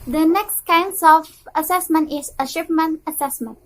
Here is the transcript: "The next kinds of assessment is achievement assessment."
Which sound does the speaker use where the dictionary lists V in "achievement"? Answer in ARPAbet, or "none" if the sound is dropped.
P